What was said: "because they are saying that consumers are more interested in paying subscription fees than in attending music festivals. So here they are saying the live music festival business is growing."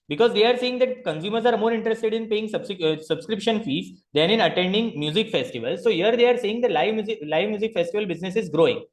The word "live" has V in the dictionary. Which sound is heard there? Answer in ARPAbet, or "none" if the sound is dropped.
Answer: V